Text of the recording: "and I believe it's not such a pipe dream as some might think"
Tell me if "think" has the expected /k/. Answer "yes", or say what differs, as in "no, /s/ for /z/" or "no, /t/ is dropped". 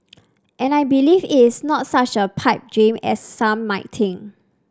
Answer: no, /k/ is dropped